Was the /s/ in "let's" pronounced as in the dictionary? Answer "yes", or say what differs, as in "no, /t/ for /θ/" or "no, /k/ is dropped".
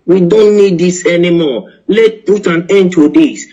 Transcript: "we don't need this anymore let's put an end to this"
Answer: no, /s/ is dropped